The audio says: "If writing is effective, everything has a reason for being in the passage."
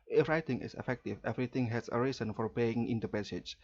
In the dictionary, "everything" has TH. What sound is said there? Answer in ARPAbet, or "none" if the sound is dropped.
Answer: T